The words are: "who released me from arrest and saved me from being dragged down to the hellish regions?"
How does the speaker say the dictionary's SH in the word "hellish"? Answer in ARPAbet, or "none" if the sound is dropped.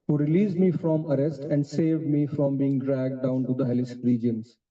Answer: S